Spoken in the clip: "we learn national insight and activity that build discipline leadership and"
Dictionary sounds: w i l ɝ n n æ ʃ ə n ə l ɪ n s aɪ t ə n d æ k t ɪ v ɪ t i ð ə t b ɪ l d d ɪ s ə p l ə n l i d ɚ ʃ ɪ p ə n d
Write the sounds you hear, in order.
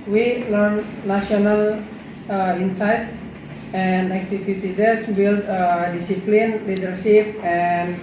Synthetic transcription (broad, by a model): w i l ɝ n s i ə n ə l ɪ n s aɪ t ə n d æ k t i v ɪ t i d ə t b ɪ l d d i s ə p l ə n l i d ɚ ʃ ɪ p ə n